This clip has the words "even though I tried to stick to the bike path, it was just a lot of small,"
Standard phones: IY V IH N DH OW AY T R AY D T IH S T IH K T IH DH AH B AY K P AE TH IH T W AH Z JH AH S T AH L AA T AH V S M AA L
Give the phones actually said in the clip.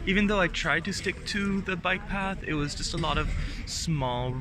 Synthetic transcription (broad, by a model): IY V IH N DH OW AY T R AY D T IH S T IH K T IH DH AH B AY K P AE TH IH T W AH Z JH AH S T AH L AA T AH V S M AA L